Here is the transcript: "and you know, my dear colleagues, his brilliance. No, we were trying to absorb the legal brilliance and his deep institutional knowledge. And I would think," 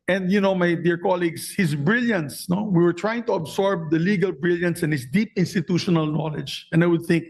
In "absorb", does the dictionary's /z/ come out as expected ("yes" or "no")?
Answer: no